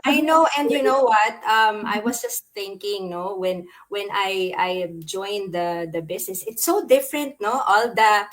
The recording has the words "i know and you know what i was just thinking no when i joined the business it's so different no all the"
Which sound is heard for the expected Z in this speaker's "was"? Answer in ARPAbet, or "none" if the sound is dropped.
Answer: S